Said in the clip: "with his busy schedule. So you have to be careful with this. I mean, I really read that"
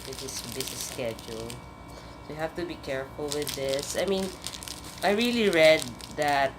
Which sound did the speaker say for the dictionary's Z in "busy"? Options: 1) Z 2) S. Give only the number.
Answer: 2